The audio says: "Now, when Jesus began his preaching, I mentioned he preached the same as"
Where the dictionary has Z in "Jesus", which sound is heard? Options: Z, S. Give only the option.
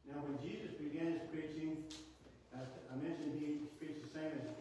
Z